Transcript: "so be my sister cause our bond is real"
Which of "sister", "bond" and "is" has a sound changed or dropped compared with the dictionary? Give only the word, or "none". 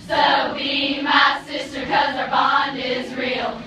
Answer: none